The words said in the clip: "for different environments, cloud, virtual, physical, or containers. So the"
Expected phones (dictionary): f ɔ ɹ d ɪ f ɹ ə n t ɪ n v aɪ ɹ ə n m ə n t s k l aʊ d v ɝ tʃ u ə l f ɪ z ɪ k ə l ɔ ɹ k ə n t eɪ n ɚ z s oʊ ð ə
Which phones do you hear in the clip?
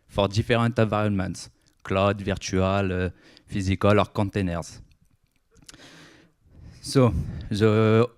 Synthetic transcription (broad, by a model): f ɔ ɹ d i f ɹ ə t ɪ v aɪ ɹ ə n m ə n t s k l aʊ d v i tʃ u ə l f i z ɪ k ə l ɔ ɹ k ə t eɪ n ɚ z s oʊ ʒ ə